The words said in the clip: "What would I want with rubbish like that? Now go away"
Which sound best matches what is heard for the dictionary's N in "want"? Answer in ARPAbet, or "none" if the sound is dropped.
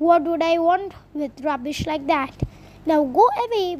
N